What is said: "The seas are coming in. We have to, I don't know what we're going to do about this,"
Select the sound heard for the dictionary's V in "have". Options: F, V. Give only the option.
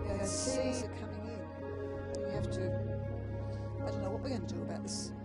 F